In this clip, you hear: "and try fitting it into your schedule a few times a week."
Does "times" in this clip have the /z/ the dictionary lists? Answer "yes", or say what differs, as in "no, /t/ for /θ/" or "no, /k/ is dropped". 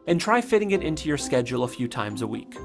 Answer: yes